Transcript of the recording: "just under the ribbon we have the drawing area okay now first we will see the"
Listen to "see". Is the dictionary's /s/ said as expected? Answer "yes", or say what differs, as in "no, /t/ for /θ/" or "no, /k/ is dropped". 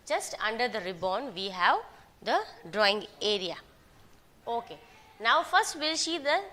no, /ʃ/ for /s/